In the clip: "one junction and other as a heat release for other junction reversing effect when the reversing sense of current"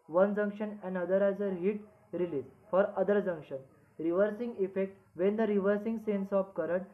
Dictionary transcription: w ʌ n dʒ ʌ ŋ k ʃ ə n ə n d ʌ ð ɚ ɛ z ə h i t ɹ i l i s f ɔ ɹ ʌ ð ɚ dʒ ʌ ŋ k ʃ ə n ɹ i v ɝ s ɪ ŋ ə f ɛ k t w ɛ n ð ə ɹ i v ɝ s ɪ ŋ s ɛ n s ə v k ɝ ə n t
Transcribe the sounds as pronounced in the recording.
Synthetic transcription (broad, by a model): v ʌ n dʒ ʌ ŋ k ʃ ə n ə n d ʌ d ɚ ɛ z ə h i t ɹ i l i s f ɔ ɹ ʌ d ɚ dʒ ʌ ŋ k ʃ ə n ɹ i v ɝ s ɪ ŋ ə f ɛ k t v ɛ n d ə ɹ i v ɝ s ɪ ŋ s ɛ n s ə p k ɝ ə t